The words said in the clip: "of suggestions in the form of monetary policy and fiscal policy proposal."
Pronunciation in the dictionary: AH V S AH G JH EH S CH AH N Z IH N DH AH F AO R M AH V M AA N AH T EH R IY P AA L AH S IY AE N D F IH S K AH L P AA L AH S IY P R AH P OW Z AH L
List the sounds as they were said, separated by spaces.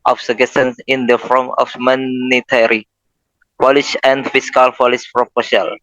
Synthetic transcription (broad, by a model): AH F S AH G EH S AH N S IH N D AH F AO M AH F M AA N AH T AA R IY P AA L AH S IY N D F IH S K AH L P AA L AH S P R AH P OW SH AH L